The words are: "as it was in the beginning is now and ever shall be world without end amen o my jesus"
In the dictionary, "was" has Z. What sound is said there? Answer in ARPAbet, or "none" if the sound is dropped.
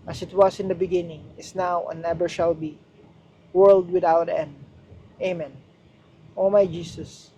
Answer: S